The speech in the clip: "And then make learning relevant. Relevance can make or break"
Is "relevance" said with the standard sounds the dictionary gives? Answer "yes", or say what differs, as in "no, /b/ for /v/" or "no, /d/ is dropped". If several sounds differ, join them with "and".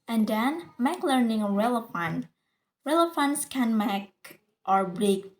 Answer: no, /f/ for /v/